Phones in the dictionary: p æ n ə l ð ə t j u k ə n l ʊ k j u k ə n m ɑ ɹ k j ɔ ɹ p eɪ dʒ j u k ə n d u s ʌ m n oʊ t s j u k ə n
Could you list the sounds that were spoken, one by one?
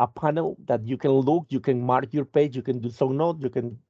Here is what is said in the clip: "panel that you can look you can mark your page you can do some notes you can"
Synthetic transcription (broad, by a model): p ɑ n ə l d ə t j u k ə n l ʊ k j u k ə n m ɑ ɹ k j ɔ ɹ p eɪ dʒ j u k ə n d u s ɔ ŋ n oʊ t j u k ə n